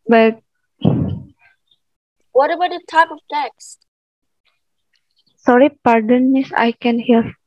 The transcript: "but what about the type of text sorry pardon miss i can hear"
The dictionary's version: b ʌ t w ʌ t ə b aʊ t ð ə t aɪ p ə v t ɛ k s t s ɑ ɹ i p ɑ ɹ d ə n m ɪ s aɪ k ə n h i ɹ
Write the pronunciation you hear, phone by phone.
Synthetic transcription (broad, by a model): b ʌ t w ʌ t ə b aʊ t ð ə t aɪ p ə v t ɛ k s s ɑ ɹ i p ɑ ɹ d ə n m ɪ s aɪ k ə n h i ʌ